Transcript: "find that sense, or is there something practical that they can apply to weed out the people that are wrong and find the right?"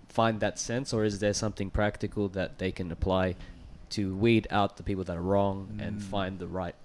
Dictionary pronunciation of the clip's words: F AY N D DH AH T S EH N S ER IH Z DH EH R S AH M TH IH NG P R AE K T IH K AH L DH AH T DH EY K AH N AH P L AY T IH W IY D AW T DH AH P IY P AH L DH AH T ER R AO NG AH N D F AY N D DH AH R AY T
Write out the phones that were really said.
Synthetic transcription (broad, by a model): F AY N DH AH T S EH N S ER IH Z DH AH R S AH M TH IH NG P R AE K T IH K L DH AH T DH EY K AH N AH P L AY T IH W IY D AW T DH AH P IY P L DH AH T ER R AO NG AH N F AY N DH AH R AY T